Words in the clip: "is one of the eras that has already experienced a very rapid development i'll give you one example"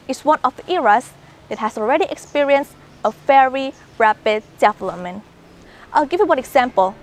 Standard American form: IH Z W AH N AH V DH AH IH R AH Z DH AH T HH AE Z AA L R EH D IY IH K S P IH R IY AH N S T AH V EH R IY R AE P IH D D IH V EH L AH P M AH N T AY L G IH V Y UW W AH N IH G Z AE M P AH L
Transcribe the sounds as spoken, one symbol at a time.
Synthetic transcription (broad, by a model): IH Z W AH N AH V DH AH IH R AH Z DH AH T HH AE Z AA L R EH D IY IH K S P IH R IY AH N S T AH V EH R IY R AE P IH D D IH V L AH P M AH N T AY L G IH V Y UW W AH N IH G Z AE M P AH L